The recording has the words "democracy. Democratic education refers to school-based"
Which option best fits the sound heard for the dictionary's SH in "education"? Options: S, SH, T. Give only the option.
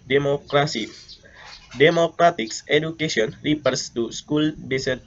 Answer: S